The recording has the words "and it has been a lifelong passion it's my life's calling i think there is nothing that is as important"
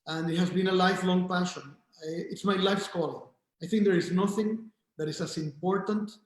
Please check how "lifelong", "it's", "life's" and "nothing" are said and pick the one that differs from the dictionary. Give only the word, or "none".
none